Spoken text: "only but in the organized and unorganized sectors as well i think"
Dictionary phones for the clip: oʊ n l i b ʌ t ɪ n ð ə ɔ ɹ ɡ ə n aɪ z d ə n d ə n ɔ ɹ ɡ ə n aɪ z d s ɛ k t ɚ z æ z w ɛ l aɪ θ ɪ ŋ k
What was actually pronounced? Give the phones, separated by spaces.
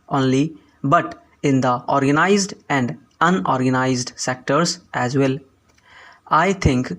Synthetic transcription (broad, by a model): oʊ n l i b ʌ t ɪ n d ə ɔ ɹ ɡ ə n aɪ z d ə n d ə n ɔ ɹ ɡ ə n aɪ z d s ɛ k t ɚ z æ z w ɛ l aɪ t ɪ ŋ k